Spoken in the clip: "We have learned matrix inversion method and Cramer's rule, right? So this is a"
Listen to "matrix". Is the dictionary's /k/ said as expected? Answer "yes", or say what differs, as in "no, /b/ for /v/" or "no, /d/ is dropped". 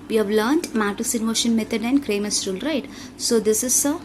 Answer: no, /k/ is dropped